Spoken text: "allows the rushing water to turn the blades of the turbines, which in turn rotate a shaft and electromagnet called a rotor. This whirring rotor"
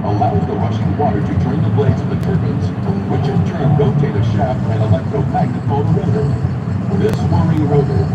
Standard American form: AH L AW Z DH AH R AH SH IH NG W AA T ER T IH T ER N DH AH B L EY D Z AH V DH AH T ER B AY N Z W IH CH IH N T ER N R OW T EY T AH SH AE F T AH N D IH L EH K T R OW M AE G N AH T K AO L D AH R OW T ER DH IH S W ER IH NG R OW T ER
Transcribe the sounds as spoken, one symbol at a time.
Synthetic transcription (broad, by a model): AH L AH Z DH AH R AH SH IH NG W AA T ER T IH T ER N DH AH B L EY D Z AH V DH AH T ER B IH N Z W IH CH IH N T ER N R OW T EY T AH SH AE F AH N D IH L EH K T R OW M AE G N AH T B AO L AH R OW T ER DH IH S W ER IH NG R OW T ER